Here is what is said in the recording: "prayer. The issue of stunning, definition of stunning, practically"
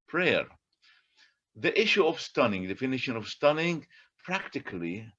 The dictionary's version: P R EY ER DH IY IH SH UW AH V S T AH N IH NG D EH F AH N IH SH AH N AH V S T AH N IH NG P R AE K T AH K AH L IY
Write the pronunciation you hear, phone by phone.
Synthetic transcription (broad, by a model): P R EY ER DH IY IH SH UW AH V S T AH N IH NG D EH F AH N IH SH AH N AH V S T AH N IH NG P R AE K T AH K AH L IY